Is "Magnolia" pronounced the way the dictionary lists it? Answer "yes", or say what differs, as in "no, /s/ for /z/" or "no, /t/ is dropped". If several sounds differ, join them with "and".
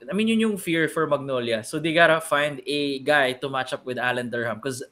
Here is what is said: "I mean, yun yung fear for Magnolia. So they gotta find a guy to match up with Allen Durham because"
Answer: yes